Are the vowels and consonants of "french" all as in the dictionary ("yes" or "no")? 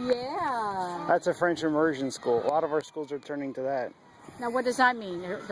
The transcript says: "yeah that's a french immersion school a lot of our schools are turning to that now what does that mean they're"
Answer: yes